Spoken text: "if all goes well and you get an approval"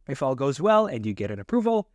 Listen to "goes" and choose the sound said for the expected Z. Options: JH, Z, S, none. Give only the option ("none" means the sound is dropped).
Z